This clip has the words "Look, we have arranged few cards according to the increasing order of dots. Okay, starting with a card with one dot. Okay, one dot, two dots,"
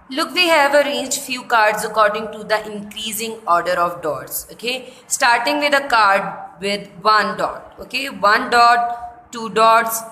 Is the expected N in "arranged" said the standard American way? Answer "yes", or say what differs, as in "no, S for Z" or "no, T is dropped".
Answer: no, N is dropped